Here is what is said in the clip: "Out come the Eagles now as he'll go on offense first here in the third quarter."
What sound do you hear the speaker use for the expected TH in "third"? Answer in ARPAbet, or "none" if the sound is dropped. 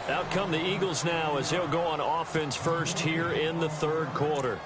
TH